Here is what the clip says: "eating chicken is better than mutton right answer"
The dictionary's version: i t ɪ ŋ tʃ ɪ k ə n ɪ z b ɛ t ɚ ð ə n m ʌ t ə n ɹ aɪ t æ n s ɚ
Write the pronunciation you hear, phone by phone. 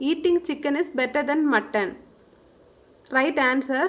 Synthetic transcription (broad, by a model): i t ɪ ŋ tʃ ɪ k ə n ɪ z b ɛ t ɚ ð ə n m ʌ t ə n ɹ aɪ t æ n s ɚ